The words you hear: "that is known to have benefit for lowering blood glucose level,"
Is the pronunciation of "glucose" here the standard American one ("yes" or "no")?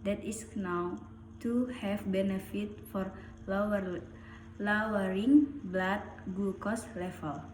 no